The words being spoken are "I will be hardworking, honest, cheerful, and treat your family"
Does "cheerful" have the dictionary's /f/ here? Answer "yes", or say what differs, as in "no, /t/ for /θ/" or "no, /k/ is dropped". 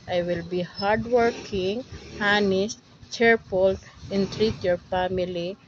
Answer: no, /p/ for /f/